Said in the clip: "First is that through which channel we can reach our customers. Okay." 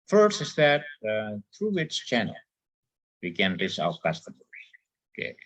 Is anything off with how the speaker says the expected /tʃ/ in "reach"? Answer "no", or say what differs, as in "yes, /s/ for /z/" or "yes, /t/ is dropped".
yes, /s/ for /tʃ/